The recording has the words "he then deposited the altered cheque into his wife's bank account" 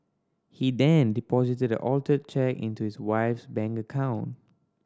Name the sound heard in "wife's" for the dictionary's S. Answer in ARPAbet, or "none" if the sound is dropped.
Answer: S